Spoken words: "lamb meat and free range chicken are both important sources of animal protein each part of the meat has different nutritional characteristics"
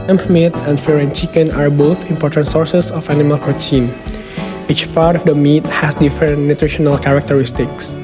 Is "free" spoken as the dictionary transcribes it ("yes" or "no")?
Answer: no